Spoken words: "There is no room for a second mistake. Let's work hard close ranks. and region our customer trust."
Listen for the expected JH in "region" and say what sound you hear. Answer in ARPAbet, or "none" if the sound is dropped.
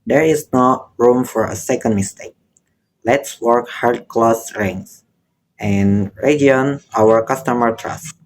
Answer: none